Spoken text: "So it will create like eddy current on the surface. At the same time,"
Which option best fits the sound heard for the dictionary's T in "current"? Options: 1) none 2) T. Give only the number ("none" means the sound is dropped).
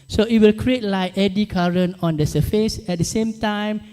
1